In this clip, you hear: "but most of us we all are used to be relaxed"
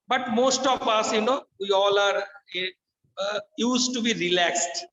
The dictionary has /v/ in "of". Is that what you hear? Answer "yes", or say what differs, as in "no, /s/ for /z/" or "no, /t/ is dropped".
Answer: no, /p/ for /v/